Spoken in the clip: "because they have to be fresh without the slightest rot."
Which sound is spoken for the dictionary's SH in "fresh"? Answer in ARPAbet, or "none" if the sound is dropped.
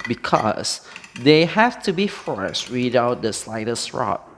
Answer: S